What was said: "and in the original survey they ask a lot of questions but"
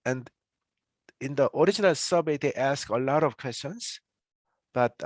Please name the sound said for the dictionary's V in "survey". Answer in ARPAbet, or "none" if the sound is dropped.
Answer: B